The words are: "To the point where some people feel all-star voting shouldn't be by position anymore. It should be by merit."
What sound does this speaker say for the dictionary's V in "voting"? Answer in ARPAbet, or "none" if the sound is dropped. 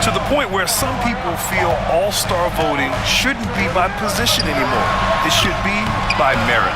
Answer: V